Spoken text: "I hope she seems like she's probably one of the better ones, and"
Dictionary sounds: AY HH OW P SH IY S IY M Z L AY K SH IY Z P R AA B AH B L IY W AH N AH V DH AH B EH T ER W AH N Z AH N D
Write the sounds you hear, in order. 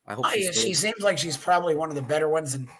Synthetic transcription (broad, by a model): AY SH IY S IY M Z L AY K SH IY Z P R AA B AH B L IY W AH N AH V DH AH B EH T ER W AH N Z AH N